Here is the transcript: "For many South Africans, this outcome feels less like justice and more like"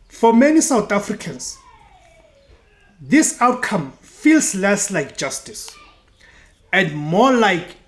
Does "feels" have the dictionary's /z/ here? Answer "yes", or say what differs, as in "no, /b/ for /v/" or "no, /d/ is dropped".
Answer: no, /s/ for /z/